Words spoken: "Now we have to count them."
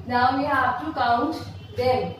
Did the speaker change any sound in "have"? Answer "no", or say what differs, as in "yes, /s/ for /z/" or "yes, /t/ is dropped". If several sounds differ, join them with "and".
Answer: yes, /p/ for /v/